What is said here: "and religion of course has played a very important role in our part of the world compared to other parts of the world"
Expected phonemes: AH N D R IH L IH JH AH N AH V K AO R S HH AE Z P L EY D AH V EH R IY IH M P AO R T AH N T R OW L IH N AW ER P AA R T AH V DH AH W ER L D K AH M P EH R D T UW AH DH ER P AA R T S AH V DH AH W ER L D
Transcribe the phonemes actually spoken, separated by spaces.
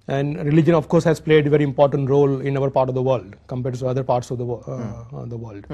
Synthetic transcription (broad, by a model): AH N D R IH L IH JH AH N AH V K AO R S HH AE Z P L EY D AH V EH R IY IH M P AO R T AH N T R OW L IH N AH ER P AA R T AH V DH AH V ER L D K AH M P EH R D T UW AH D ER P AA R T S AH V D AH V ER L D